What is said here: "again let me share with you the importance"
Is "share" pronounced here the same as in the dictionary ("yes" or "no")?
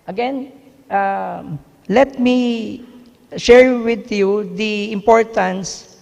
yes